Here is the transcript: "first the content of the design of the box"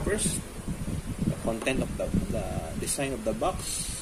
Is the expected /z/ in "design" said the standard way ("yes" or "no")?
no